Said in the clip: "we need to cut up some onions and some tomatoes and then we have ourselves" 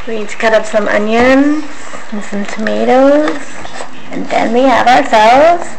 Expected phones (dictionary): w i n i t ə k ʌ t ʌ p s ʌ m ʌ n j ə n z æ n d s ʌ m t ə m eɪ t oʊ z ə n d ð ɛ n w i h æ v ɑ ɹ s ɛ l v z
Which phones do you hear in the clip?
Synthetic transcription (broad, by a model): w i n i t k ʌ t ʌ p s ʌ m ʌ n j ə n z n s ʌ m t ə m eɪ t oʊ z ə n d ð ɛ n w i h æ v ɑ ɹ s ɛ l v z